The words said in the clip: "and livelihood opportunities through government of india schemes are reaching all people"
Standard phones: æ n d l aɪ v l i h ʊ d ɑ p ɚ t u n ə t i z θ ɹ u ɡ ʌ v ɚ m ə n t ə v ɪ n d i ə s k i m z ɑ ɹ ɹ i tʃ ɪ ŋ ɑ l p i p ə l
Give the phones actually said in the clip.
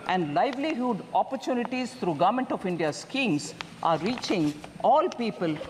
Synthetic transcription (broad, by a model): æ n d l aɪ v l i h ʊ d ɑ p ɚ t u n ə t i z t ɹ u ɡ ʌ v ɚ m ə n t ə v ɪ n d i ə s k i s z ɑ ɹ ɹ i tʃ ɪ ŋ ɑ l p i p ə l